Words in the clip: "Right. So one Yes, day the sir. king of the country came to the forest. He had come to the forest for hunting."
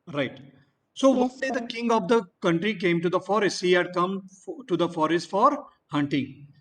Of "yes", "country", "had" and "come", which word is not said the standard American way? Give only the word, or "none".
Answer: yes